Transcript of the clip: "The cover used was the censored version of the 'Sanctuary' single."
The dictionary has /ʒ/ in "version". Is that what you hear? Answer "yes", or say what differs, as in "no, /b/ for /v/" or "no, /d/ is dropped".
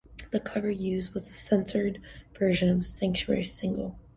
yes